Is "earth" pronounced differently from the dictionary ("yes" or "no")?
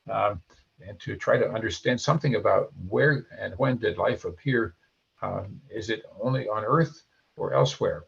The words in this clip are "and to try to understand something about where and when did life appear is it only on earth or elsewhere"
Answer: no